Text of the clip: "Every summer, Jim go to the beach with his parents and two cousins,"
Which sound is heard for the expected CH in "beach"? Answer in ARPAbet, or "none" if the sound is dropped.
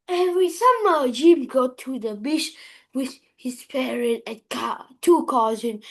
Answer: SH